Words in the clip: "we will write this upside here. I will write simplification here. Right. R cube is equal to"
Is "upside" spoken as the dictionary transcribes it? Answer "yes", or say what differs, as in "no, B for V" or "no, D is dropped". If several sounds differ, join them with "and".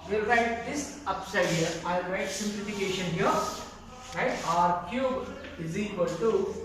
yes